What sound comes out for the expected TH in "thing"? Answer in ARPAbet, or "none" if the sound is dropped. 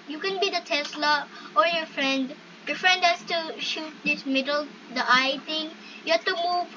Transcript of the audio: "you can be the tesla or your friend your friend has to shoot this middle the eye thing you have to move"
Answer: T